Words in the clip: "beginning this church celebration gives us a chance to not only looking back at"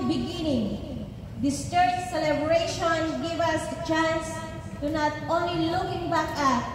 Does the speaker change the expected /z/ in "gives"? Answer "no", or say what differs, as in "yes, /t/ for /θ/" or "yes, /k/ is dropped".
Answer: yes, /z/ is dropped